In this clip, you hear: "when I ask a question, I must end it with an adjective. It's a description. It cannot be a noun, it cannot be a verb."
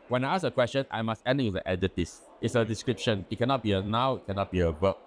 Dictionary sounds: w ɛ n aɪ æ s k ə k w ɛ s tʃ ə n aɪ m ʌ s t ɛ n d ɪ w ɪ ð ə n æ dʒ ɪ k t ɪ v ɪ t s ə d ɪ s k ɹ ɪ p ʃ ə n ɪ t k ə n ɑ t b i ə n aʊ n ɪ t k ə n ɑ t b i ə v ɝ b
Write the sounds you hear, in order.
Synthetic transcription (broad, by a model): w ɛ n aɪ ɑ s ə k w ɛ s tʃ ə n aɪ m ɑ s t ɛ n d ɪ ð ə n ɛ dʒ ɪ t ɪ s ɪ t s ə d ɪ s k ɹ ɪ p ʃ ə n ɪ t k ə n ɑ t b i ə n aʊ ɪ t k ə n ɑ t b i ə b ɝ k